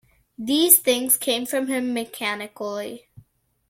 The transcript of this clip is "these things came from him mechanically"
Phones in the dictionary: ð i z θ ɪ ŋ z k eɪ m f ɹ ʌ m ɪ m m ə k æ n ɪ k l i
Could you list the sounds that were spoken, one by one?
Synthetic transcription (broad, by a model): ð i z θ ɪ ŋ z k eɪ m f ɹ ʌ m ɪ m m ə k æ n ɪ k l i